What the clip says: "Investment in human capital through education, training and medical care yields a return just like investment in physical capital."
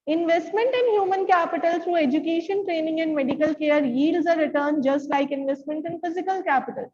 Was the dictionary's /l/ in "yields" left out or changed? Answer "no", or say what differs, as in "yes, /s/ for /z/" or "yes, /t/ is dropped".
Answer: yes, /l/ is dropped